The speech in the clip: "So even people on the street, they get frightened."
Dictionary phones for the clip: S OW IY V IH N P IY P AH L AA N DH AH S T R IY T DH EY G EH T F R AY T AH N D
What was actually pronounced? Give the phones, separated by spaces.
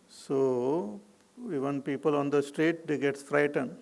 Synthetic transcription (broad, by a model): S OW IY V IH N P IY P AH L AA N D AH S T R IY T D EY G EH T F R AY T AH N D